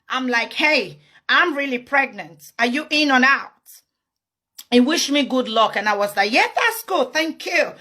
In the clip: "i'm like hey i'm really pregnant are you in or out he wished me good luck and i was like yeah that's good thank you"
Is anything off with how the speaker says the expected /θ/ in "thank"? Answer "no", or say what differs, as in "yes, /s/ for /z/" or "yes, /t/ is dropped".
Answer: no